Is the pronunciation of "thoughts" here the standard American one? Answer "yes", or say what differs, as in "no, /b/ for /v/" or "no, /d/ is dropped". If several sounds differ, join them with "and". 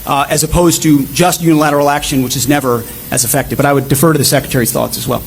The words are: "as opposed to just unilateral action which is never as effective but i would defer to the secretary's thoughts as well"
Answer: yes